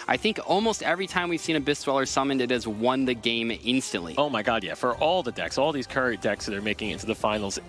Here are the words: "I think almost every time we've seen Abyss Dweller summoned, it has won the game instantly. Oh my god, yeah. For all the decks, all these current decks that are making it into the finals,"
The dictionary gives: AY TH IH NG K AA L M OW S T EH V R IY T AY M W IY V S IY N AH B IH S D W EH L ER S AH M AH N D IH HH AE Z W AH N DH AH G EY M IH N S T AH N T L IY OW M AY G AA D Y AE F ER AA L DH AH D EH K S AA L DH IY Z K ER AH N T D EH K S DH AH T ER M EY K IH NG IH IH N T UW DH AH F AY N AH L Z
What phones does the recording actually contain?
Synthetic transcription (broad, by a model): AY TH IH NG K AA L M OW S T EH V R IY T AY M W IY V S IY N AH B IH S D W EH L ER S AH M AH N D IH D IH Z W AH N DH AH G EY M IH N S T AH N T L IY OW M AY G AA D Y AE F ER AA L DH AH D EH K S AA L DH IY Z K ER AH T D EH K S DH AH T ER M EY K IH NG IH IH N T UW DH AH F AY N L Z